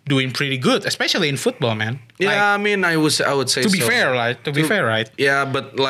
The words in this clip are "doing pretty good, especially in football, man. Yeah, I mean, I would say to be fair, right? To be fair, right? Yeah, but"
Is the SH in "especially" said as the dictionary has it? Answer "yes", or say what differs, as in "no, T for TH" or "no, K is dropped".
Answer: yes